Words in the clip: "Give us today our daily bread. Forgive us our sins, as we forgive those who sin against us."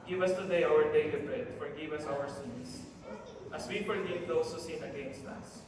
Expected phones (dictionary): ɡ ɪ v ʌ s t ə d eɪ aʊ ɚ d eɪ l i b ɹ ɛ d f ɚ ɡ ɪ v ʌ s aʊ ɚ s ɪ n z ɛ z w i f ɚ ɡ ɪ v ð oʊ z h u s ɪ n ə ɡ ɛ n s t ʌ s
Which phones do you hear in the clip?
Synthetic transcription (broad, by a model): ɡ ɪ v ʌ s t ə d eɪ aʊ ɚ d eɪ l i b ɹ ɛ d f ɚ ɡ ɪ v ʌ s aʊ ɚ s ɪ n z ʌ s w i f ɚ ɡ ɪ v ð oʊ s h u s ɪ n ə ɡ ɛ n s t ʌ s